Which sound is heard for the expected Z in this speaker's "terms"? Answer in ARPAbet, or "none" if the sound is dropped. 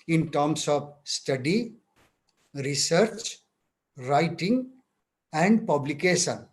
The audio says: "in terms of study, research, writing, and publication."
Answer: S